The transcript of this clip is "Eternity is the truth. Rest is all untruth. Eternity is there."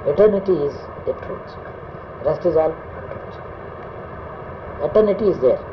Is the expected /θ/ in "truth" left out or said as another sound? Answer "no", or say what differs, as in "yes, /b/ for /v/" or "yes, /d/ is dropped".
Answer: yes, /s/ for /θ/